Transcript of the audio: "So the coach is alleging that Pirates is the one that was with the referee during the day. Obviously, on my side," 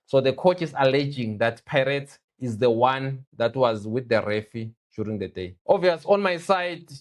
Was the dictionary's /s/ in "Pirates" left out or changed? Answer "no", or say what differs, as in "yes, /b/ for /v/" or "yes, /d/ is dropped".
yes, /s/ is dropped